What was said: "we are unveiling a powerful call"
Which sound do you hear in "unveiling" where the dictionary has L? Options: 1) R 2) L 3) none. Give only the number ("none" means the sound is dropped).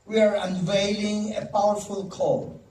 2